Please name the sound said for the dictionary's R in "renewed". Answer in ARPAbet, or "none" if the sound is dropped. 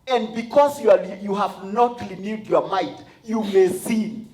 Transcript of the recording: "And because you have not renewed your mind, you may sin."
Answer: L